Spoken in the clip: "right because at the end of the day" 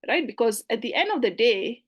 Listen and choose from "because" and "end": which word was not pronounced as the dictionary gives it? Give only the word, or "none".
none